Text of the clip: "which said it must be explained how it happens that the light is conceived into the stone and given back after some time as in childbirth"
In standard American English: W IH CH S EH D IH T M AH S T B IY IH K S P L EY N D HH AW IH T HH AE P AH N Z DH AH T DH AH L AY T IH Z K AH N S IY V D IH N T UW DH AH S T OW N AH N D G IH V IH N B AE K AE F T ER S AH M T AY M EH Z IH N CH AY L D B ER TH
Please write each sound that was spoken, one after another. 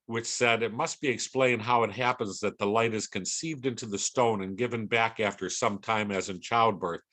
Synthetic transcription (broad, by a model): W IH CH S EH D IH T M AH S T B IY IH K S P L EY N D HH AW IH T HH AE P AH N Z DH AH T DH AH L AY T IH Z K AH N S IY V D IH N T UW DH AH S T OW N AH N G IH V IH N B AE K AE F T ER S AH M T AY M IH Z IH N CH AY L D B ER TH